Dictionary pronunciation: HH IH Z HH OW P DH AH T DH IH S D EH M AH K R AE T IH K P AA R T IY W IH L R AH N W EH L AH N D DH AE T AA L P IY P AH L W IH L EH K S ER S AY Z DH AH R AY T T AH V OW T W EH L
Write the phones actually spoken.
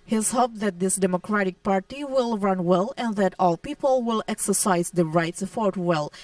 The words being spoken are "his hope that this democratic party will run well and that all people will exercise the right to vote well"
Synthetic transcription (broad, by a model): HH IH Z HH OW P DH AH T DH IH S D EH M AH K R AE T IH K P AA R T IY W IH L R AH N W EH L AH N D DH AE T AA L P IY P AH L W IH L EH K S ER S AY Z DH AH R AY T S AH F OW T W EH L